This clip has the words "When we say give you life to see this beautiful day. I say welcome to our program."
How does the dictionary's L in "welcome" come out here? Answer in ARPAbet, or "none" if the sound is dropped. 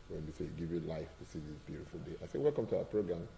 L